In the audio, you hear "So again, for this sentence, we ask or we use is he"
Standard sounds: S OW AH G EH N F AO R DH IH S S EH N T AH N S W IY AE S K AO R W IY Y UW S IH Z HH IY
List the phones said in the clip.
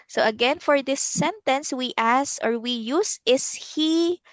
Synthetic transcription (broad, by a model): S OW AH G EH N F AO R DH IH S S EH N T AH N S W IY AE S AO R W IY Y UW S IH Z HH IY